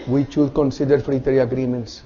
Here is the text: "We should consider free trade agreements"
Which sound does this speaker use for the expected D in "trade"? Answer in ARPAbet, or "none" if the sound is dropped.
none